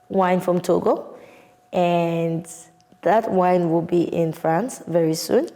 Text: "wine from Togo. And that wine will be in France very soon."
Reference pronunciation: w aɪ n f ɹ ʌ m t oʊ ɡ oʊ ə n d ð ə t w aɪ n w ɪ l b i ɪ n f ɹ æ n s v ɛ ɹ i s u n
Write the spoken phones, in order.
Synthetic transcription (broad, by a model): w aɪ n f ɹ ʌ m t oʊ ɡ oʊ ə n ð ə t w aɪ n w ɪ l b i ɪ n f ɹ æ n s v ɛ ɹ i s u n